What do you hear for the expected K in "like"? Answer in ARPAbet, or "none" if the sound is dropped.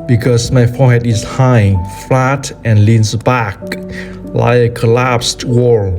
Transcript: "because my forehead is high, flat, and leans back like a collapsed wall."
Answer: none